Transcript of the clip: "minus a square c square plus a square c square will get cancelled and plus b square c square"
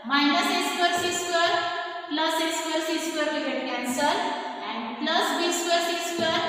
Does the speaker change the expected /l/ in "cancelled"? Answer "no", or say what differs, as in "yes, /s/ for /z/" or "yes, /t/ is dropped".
yes, /l/ is dropped